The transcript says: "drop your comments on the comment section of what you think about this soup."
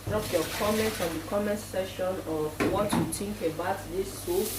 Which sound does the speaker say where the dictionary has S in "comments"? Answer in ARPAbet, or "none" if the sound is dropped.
none